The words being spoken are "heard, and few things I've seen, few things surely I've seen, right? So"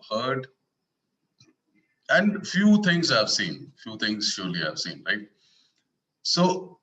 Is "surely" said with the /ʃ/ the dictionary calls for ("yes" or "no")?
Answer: yes